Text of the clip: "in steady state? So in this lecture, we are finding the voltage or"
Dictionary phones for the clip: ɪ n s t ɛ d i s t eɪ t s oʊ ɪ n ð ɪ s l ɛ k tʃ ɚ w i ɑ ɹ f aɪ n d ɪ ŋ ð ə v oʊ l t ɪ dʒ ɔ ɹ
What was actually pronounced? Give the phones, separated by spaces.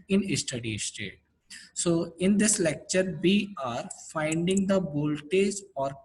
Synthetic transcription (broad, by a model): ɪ n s t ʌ d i s t eɪ t s oʊ ɪ n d ɪ s l ɛ k tʃ ɚ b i ɑ ɹ f aɪ n d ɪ ŋ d ə b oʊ l t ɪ z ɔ ɹ